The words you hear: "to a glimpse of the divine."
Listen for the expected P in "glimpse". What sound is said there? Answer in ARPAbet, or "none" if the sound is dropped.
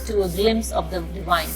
none